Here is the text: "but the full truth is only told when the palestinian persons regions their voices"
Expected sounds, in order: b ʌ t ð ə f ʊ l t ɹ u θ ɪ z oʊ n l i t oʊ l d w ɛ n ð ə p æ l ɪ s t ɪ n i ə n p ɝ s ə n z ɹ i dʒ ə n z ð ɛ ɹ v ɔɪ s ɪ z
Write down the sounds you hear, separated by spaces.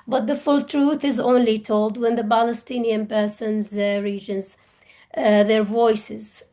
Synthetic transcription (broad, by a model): b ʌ t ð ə f ʊ l t ɹ u θ ɪ z oʊ n l i t oʊ l d w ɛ n ð ə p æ l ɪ s t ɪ n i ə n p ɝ s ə n z ɹ i dʒ ə n z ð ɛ ɹ v ɔɪ s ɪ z